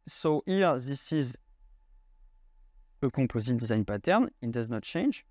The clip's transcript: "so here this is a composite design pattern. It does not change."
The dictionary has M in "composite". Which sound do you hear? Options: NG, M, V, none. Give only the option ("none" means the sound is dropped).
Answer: none